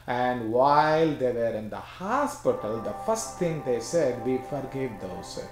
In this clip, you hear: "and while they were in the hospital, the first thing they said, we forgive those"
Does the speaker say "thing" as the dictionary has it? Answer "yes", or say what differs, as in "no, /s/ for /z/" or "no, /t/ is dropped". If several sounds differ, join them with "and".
no, /t/ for /θ/